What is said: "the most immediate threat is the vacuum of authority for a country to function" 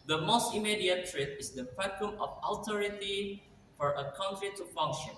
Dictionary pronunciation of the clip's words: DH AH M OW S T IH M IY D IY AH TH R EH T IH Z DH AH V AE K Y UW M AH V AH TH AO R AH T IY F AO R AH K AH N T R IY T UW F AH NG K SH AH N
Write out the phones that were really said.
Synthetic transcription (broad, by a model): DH AH M OW S T IH M IY D IY AH T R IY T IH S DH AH P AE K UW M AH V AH T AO R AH T IY F AO R AH K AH N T R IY T UW F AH NG K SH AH N